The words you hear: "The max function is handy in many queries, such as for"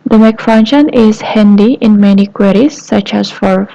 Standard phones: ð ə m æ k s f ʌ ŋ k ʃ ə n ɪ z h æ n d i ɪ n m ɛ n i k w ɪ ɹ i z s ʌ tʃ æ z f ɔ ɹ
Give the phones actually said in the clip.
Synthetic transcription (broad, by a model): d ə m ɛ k f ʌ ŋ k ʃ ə n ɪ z h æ n d i ɪ n m ɛ n i k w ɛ ɹ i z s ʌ tʃ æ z f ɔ ɹ